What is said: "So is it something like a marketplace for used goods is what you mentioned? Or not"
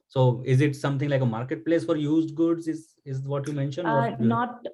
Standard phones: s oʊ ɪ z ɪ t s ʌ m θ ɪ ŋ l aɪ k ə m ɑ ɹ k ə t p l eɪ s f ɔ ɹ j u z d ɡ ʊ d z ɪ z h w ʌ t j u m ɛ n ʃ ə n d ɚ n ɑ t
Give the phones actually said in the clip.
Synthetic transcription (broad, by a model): s oʊ ɪ z ɪ t s ʌ m t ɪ ŋ l aɪ k ə m ɑ ɹ k ə t p l eɪ s f ɔ ɹ j u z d ɡ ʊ d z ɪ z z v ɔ t j u m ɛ n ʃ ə n ɚ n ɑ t